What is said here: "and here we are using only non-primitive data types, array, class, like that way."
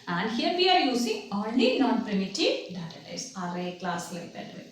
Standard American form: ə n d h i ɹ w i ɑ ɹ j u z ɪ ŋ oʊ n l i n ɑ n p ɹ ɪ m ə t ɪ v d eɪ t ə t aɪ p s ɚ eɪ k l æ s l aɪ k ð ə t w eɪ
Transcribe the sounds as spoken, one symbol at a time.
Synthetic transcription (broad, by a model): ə n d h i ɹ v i ɑ ɹ j u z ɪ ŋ oʊ n l i n ɑ n p ɹ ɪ m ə t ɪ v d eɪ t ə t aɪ s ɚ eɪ k l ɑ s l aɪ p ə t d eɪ